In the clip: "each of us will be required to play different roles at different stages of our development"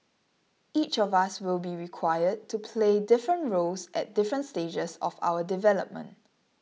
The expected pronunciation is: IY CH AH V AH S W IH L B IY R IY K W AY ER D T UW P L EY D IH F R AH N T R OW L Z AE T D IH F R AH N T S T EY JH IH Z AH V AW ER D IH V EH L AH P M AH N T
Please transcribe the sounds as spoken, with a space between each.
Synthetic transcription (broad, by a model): IY CH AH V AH S W IH L B IY R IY K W AY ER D T UW P L EY D IH F R AH N T R OW L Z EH T D IH F R AH N T S T EY JH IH S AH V AW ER D IH V EH L AH P M AH N T